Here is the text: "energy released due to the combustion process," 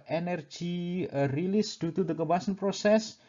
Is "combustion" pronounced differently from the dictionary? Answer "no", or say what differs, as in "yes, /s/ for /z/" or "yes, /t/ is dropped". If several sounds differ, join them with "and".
yes, /m/ is dropped and /tʃ/ is dropped